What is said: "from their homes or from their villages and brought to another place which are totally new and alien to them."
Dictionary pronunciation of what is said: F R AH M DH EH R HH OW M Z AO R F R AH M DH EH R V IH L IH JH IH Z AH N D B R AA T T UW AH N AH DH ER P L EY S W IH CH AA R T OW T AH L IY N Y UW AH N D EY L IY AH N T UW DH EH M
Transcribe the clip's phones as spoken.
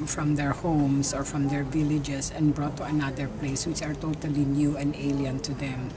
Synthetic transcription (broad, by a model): F R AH M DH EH R HH OW M S AO R F R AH M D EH R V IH L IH JH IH S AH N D B R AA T T UW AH N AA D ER P L EY S W IH CH AA R T OW T AH L IY N Y UW AH N D EY L IY AH N T UW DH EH M